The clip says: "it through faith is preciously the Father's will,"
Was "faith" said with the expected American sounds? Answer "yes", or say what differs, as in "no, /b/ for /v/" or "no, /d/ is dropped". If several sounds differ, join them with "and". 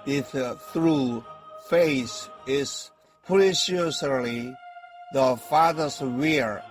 no, /s/ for /θ/